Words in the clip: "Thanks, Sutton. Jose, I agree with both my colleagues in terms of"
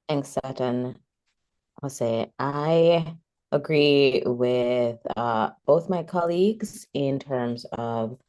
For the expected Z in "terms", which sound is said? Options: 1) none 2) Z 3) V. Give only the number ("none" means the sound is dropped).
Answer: 2